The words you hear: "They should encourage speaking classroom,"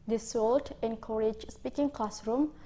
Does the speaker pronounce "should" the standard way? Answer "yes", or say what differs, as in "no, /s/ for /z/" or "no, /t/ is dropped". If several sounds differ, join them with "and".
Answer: no, /s/ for /ʃ/